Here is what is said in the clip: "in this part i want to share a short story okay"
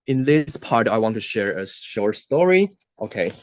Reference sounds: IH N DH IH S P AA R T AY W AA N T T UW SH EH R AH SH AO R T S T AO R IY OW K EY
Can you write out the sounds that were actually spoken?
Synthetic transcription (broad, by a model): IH N DH IH S P AA R T AY W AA N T T UW SH EH R AH SH AO R T S T AO R IY OW K EY